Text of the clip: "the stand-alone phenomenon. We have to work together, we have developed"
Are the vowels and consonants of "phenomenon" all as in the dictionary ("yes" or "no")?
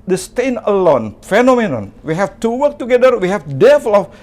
yes